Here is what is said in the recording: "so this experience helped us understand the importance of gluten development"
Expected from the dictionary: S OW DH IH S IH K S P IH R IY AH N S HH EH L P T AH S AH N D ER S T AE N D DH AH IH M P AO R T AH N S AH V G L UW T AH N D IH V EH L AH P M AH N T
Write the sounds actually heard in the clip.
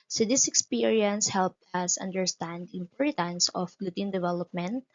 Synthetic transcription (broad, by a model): S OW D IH S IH K S P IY R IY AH N S HH EH L P T AH S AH N D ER S T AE N D IH M P AO R T AH N S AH F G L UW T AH N D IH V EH L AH P M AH N T